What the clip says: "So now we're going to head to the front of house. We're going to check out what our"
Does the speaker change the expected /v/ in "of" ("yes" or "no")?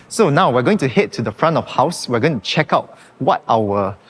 yes